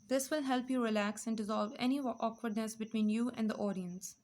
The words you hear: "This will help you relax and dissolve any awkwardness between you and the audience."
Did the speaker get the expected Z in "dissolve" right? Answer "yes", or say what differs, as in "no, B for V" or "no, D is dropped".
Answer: yes